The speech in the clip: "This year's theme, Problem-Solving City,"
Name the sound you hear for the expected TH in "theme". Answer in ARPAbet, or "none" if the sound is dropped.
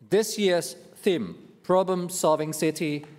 TH